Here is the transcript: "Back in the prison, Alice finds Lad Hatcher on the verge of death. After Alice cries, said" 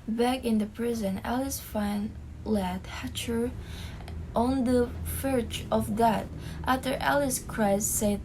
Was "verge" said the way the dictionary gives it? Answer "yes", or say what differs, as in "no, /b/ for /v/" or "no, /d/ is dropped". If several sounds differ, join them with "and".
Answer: no, /f/ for /v/